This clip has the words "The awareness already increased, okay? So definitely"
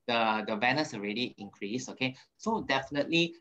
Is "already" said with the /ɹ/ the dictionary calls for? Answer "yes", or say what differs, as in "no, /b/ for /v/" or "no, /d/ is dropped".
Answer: yes